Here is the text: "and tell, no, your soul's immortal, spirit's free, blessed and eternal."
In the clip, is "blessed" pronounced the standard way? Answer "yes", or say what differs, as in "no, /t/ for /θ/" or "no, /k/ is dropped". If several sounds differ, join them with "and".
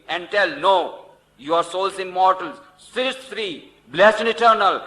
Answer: no, /t/ is dropped